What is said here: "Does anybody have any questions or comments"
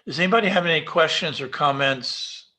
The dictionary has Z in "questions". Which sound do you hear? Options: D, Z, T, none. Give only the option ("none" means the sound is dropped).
Z